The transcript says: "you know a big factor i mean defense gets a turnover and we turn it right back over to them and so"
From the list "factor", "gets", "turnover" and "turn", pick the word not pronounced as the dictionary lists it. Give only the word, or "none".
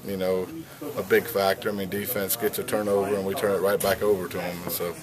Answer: gets